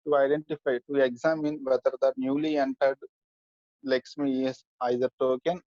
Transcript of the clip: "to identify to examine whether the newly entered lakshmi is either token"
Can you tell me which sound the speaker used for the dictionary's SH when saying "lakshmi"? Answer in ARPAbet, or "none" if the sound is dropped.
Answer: S